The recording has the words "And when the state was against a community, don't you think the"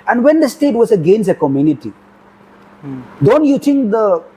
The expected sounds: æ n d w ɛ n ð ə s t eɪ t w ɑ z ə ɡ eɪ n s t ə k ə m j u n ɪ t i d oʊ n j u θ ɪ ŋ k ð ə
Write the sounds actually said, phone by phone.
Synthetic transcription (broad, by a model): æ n d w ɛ n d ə s t eɪ t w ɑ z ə ɡ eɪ n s ə k ə m j u n ɪ t i d oʊ n j u t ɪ ŋ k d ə